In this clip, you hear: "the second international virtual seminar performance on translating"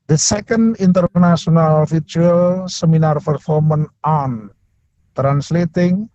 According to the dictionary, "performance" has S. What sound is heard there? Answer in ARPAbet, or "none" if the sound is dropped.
none